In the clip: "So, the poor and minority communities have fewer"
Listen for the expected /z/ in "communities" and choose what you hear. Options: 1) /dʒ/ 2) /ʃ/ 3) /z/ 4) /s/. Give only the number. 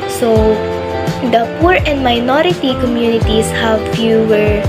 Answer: 4